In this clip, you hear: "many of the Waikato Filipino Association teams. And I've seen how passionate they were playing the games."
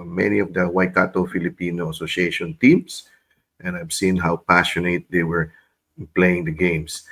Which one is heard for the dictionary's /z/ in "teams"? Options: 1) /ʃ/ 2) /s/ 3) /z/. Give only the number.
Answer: 2